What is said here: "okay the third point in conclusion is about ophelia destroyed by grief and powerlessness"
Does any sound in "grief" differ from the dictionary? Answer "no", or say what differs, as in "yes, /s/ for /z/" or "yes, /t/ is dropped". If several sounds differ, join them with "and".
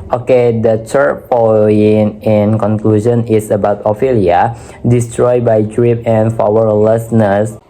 yes, /p/ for /f/